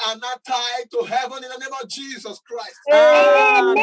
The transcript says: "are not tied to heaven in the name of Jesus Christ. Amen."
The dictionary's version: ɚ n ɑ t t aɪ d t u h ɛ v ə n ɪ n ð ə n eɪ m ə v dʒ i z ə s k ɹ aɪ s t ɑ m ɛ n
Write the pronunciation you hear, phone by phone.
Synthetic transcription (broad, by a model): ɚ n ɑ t t aɪ d t u h ɛ v ə n ɪ n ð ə n eɪ m ə v dʒ i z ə s k ɹ aɪ s t